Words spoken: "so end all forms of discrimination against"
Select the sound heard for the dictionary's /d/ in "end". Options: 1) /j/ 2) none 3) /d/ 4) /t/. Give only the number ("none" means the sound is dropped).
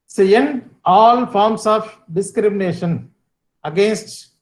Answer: 2